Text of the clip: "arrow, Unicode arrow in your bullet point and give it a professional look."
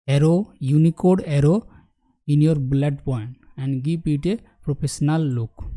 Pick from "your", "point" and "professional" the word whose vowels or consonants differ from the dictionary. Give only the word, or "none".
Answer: professional